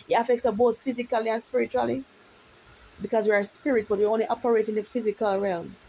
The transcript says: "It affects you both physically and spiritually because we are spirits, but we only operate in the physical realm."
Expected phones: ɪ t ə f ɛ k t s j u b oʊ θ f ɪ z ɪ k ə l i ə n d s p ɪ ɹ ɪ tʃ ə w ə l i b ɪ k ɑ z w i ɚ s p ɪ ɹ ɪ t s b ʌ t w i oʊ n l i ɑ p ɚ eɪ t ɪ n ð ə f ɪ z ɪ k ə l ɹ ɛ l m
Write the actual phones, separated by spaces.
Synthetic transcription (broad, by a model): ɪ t ə f ɛ k t s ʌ b oʊ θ f ɪ z ɪ k ə l i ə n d s p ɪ ɹ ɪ tʃ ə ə l i b ɪ k ɑ z w i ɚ s p ɪ ɹ ɪ t s b ʌ t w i oʊ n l i ɑ p ɚ eɪ t ɪ n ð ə f ɪ z ɪ k ə l ɹ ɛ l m